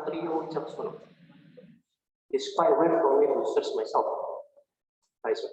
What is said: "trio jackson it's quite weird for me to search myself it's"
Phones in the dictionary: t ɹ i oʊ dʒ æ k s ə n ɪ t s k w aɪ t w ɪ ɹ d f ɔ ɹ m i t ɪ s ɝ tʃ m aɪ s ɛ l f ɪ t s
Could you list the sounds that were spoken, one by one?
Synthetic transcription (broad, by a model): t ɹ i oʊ tʃ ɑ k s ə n ɪ t s k w aɪ t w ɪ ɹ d f ɔ ɹ m i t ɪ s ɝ s m aɪ s ɛ l f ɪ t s